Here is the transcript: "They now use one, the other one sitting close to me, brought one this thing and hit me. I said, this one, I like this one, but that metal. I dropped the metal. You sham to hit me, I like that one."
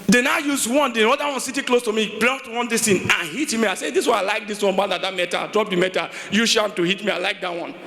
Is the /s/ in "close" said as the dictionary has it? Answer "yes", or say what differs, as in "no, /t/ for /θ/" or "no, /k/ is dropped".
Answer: yes